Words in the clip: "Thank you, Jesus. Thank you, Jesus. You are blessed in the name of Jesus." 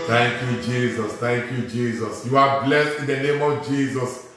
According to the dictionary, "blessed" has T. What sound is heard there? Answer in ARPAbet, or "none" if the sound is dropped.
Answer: T